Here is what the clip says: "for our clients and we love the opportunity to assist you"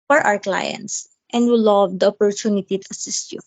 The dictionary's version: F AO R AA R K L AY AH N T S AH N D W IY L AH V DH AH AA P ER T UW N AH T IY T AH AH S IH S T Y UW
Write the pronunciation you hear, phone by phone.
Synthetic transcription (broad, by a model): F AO R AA W K L AY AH N T S AH N D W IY L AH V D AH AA P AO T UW N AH T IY T AH AH S IH S T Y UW